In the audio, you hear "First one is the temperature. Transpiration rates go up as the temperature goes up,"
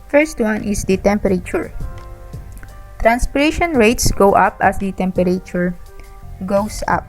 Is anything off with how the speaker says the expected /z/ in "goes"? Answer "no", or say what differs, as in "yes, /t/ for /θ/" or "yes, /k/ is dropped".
yes, /s/ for /z/